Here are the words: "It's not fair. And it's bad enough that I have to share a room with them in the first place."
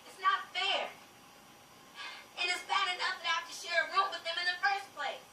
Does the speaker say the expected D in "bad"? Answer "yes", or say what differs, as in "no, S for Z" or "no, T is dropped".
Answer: yes